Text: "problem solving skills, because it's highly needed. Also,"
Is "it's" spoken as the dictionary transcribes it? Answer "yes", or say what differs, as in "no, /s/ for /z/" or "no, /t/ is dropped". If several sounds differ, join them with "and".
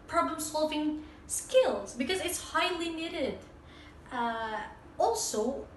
yes